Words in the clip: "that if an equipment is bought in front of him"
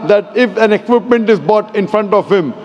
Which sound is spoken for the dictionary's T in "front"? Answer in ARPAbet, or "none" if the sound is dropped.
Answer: T